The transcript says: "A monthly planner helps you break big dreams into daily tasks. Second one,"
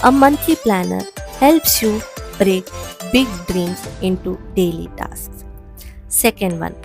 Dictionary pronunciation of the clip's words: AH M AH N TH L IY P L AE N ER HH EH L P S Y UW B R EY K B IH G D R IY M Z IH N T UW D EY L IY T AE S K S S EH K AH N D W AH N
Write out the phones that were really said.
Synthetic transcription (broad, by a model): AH M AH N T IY P L AE N ER HH EH L P S Y UW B R EY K B IH G D R IY M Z IH N T UW D EY L IY T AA S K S S EH K AH N D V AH N